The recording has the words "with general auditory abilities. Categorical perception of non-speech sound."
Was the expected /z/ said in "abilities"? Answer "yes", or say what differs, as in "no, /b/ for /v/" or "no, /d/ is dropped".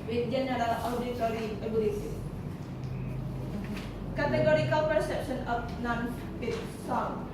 no, /z/ is dropped